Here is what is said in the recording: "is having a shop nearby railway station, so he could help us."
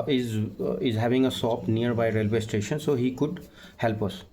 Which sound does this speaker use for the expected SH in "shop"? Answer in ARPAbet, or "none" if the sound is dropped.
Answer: S